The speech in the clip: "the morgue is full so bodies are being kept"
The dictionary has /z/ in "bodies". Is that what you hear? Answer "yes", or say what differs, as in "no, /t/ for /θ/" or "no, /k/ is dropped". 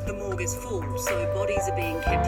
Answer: yes